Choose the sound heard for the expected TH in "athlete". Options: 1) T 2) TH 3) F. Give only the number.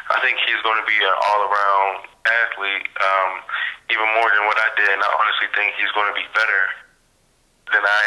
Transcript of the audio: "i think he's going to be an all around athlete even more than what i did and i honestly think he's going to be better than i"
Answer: 1